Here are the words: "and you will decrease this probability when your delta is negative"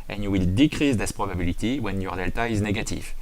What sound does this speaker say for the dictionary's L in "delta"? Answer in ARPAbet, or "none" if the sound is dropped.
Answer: L